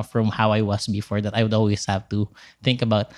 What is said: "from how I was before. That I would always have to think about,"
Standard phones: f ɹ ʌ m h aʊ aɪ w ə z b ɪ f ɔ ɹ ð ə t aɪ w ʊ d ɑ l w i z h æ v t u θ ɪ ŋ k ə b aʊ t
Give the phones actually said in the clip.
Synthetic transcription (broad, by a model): f ɹ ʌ m h aʊ aɪ w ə s b ɪ f ɔ ɹ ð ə t aɪ w ʊ d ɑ l w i s h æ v t u θ ɪ ŋ k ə b aʊ t